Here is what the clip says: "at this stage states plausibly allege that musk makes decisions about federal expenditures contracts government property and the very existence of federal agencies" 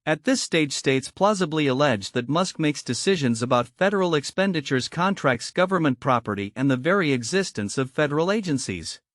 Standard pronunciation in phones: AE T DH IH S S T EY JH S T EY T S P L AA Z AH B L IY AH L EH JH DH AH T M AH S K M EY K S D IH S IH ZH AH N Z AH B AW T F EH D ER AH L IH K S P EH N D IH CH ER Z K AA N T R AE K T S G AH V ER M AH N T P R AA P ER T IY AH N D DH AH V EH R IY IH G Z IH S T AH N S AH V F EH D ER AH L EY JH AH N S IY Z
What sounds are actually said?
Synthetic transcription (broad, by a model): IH T DH IH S S T EY JH S T EY T S P L AA Z AH B L IY AH L EH JH DH AH T M AH S K M EY K S D IH S IH ZH AH N Z AH B AW T F EH D ER L IH K S P EH N D IH CH ER Z K AA N T R AE K T S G AH V ER M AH N P R AA P ER T IY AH N DH AH V EH R IY IH G Z IH S T AH N S AH V F EH D ER L EY JH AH N S IY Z